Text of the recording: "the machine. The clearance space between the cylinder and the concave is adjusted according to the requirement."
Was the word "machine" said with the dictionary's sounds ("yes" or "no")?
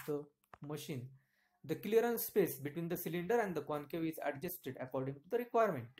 yes